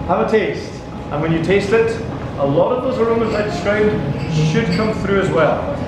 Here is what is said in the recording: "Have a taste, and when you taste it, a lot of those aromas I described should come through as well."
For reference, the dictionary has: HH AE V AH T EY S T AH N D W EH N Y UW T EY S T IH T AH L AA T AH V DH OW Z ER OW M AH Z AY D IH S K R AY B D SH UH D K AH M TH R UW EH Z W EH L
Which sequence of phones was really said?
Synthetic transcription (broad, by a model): HH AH V AH T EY S T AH N W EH N Y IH T EY S T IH T AH L AA T AH V DH OW Z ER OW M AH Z AY D IH S K R AY B D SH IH D K AH M TH R UW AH Z W EH L